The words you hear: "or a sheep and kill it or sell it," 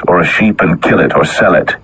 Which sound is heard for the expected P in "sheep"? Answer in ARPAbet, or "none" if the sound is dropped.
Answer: P